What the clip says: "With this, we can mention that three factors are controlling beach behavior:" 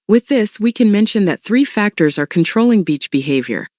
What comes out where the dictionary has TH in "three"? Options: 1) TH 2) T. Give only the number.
1